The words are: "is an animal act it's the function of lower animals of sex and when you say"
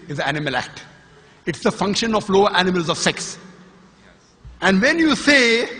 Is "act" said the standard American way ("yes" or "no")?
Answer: yes